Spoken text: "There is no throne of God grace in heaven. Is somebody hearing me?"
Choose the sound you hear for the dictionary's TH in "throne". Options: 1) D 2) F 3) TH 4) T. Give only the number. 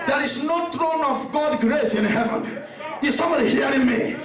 4